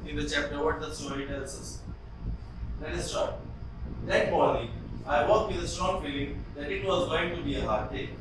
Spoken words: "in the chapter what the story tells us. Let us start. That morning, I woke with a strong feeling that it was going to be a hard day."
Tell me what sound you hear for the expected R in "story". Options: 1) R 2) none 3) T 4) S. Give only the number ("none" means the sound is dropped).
2